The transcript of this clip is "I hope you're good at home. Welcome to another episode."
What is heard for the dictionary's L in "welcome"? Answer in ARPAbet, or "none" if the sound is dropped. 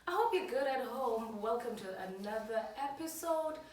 L